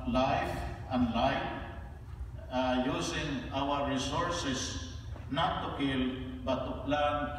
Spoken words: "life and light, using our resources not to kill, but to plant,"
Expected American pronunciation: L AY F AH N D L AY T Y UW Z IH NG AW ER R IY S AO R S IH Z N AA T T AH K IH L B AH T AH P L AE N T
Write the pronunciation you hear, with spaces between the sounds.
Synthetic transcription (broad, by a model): L AY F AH N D L AY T Y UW S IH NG AW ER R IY S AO R S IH S N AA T T AH K IH L B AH T AH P L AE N